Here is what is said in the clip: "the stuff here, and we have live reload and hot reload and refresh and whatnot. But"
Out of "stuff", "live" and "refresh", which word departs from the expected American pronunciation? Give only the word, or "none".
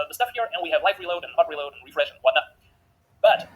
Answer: live